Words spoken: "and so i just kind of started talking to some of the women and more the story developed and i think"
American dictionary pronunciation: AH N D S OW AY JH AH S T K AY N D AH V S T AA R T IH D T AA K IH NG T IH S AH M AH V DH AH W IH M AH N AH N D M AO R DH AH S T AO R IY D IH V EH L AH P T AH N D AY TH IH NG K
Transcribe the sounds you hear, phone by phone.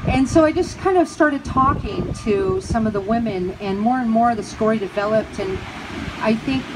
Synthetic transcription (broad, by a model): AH N S OW AY JH AH S K AY N D AH V S T AA R T IH D T AA K IH NG T IH S AH M AH V DH AH W IH M AH N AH N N M AO R DH AH S T AO R IY D IH V EH L AH P T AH N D AY TH IH NG K